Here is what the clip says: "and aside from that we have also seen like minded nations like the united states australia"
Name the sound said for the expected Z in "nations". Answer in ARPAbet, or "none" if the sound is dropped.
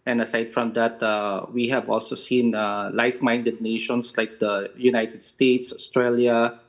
S